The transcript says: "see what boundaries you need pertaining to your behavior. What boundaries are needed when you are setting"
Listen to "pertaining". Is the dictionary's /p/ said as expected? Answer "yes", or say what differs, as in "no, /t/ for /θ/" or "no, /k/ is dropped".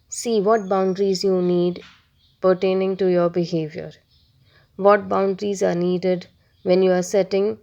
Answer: yes